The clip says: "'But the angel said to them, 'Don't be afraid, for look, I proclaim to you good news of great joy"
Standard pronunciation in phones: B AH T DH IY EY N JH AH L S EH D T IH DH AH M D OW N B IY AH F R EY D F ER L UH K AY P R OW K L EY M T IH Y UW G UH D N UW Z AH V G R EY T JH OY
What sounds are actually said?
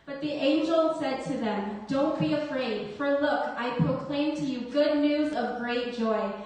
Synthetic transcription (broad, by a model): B AH T DH IY EY N JH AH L S EH D T IH DH AH M D OW N B IY AH F R EY D F ER L UH K AY P R OW K L EY M T IH Y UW G UH D N UW Z AH V G R EY T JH OY